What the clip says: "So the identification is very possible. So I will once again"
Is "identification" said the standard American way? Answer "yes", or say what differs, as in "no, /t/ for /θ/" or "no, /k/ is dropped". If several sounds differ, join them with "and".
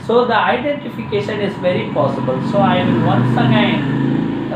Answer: yes